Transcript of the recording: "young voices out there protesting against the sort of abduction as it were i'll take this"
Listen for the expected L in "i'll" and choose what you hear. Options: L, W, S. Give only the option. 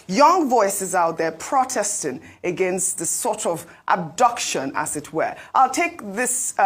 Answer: L